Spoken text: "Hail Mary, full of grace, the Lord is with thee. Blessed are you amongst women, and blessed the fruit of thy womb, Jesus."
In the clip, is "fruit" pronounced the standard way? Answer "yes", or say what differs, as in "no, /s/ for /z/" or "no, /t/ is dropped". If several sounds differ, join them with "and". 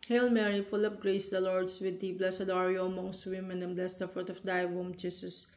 no, /ɹ/ is dropped